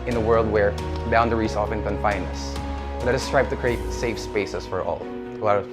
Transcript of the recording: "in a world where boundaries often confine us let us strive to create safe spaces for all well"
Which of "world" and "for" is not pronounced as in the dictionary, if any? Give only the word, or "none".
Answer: none